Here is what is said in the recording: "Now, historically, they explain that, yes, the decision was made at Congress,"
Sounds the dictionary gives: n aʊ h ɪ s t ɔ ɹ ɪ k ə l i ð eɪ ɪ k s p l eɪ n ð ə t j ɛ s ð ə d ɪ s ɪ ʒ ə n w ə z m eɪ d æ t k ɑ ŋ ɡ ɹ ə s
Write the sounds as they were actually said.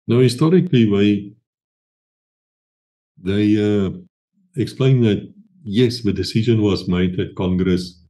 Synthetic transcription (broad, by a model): n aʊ h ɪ s t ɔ ɹ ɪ k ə w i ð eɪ ɪ k s p l eɪ n ð ə t j ɛ s ð ə d ɪ s ɪ ʒ ə n w ə z m eɪ d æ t k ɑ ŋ ɡ ɹ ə s